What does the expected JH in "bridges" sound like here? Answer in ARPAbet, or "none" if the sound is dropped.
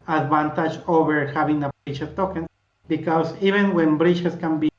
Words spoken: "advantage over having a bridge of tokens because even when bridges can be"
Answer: CH